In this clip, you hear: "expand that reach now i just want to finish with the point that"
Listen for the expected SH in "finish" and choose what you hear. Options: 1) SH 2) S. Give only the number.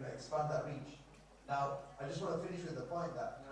1